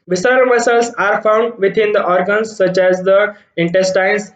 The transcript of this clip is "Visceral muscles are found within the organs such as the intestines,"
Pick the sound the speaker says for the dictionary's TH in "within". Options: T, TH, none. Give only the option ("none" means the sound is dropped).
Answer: T